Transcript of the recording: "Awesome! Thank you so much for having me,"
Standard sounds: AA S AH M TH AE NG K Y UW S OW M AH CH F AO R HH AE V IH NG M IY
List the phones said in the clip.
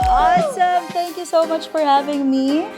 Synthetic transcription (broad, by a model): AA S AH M T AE NG K Y UW S OW M AH CH F AO R HH AE V IH NG M IY